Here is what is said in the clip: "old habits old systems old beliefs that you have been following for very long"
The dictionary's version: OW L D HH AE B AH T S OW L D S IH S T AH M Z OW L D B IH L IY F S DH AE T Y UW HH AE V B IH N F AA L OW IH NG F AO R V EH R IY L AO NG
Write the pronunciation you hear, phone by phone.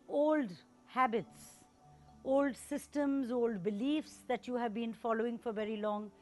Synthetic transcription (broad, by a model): OW L D HH AE B AH T S OW L D S IH S T AH M Z OW L D B IH L IY F S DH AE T Y UW HH AE V B IH N F AA L OW IH NG F AO R V EH R IY L AO NG